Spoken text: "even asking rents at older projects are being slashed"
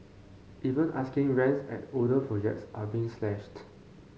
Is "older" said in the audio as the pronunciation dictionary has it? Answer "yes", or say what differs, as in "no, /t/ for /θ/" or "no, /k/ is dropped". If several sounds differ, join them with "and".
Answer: no, /l/ is dropped